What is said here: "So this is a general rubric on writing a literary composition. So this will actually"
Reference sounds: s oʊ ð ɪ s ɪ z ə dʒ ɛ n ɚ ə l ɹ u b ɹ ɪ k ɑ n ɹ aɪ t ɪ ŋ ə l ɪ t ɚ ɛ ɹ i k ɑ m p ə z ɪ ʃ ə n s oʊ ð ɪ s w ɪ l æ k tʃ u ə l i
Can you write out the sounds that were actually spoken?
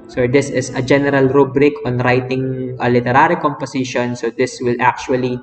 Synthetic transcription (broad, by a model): s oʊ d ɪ s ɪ s ə dʒ ɛ n ɚ ə l ɹ u b ɹ ɪ k ɑ n ɹ aɪ t ɪ ŋ ə l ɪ t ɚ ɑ ɹ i k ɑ m p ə s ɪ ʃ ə n s oʊ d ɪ s w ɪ l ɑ k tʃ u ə l i